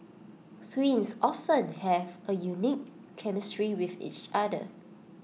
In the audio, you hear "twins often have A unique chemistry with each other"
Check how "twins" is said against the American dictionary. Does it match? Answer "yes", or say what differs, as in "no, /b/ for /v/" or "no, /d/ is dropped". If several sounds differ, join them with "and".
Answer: no, /s/ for /t/ and /s/ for /z/